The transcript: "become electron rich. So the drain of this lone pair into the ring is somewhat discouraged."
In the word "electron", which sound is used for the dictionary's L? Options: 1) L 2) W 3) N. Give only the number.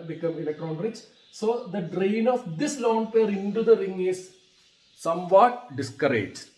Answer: 3